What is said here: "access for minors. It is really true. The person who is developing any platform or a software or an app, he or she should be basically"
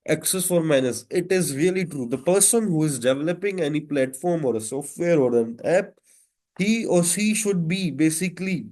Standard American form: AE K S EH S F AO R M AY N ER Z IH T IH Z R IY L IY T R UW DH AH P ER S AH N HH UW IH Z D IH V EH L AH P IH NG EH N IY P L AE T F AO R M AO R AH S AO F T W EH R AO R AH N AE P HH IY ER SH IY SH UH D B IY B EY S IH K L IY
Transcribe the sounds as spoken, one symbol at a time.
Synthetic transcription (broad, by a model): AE K S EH S F AO R M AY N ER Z IH T IH Z R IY L IY T R UW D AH P ER S AH N HH UW IH Z D IH V EH L AH P IH NG EH N IY P L AE T F AO R M AO R AH S AO F T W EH R AO R AH N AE P HH IY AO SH IY SH UH D B IY B EY S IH K L IY